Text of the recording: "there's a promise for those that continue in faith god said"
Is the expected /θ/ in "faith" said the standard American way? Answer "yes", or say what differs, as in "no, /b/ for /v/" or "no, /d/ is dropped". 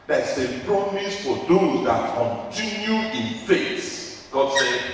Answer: no, /s/ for /θ/